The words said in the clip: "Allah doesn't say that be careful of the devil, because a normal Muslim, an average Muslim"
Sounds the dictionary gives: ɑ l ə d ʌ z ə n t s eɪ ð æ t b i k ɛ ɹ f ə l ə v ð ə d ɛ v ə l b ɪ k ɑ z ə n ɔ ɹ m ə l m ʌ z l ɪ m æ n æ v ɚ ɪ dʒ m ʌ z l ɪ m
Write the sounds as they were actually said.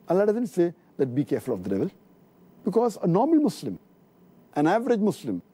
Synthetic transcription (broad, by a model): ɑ l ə d ʌ z ə n t s eɪ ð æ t b i k ɛ ɹ f ə l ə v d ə d ɛ v ə l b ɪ k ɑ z ə n ɔ ɹ m ə l m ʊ s l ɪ m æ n æ v ɚ ɪ dʒ m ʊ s l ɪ m